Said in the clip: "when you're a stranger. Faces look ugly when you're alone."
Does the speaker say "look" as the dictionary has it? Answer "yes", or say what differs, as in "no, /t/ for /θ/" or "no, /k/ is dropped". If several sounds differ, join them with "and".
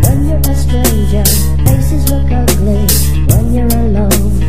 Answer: no, /w/ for /l/